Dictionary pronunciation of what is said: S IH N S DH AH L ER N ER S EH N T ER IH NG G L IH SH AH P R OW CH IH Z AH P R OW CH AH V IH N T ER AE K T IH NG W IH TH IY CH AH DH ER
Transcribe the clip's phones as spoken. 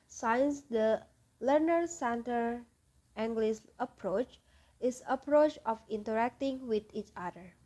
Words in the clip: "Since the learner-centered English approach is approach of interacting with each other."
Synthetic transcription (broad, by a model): S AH N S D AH L ER N ER S EH N T ER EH NG G L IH S AH P R OW CH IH S AH P R OW CH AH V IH N T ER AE K T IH NG W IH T IY CH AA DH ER